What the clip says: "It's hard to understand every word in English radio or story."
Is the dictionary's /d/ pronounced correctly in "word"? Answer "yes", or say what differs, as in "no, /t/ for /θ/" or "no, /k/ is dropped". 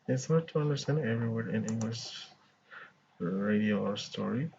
no, /d/ is dropped